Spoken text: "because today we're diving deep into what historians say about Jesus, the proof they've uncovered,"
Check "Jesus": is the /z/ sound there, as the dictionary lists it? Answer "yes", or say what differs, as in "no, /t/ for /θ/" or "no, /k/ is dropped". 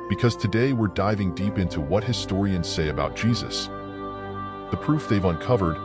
yes